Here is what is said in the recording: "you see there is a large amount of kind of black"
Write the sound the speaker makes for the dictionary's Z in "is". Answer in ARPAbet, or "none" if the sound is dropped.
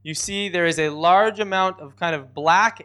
Z